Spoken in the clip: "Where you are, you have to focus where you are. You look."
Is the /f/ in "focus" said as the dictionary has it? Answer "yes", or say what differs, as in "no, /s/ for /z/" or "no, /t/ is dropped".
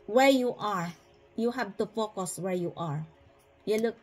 yes